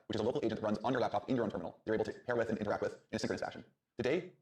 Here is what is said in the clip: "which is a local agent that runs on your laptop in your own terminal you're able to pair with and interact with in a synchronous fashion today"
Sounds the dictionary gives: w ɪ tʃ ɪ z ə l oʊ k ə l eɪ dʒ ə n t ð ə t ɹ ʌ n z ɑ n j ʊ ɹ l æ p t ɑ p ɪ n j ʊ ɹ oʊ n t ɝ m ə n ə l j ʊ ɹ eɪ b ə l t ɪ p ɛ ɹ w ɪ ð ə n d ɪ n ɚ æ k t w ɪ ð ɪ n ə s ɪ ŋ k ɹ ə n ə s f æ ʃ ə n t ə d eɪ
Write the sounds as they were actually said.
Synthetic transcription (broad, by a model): w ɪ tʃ ɪ z ə l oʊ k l eɪ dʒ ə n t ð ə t ɹ ʌ n z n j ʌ ɹ l æ p t ɑ p ɪ n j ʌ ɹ oʊ n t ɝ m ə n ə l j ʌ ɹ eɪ ə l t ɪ p ɛ ɹ w ɪ ð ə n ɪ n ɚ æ k t w ɪ ð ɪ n ə s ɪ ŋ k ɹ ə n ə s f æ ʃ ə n t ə d eɪ